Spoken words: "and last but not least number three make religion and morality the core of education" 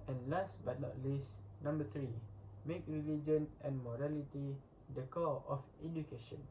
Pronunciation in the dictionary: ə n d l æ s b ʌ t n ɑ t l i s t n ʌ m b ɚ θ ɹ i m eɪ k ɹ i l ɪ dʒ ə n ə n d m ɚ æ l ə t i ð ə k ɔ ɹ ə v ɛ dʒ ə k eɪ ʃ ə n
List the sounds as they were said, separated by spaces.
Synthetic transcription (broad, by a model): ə n l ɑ s b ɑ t n ɑ t l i s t n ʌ m b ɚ t ɹ i m eɪ k ɹ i l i dʒ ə n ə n m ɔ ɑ l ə t i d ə k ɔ l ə f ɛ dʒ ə k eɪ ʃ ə n